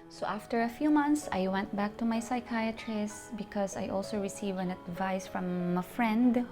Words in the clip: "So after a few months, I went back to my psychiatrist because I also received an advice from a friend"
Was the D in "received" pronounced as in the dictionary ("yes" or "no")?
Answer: no